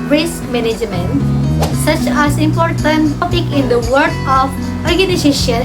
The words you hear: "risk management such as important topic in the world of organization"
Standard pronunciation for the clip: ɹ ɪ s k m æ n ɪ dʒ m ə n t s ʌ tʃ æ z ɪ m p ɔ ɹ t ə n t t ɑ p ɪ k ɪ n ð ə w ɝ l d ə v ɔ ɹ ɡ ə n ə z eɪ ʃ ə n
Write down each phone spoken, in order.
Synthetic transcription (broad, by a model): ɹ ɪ s k m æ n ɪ dʒ m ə n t s ʌ tʃ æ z ɪ m p ɔ ɹ t ə n t t ɑ p ɪ k ɪ n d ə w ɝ d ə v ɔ ɹ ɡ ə n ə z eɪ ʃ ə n